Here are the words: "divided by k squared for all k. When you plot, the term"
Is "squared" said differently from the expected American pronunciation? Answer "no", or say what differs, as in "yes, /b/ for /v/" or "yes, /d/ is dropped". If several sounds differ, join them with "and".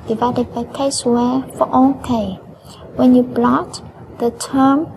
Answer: yes, /k/ is dropped